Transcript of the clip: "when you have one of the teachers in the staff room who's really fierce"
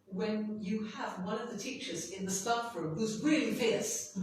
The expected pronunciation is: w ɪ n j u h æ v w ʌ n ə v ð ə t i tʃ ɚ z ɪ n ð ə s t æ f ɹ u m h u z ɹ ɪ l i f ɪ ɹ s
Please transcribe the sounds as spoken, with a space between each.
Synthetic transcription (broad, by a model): w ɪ n j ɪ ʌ v w ʌ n ə v ð ə t i tʃ ɚ z ɪ n ð ə s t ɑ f ɹ u m h u z ɹ ɪ l i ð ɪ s